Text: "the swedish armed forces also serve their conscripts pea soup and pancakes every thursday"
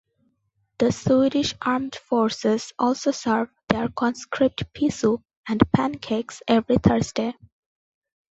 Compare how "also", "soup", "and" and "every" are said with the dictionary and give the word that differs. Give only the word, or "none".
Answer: soup